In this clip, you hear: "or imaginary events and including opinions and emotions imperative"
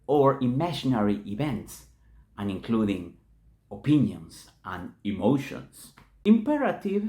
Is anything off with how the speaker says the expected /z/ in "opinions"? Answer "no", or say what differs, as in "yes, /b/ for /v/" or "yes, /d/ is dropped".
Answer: yes, /s/ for /z/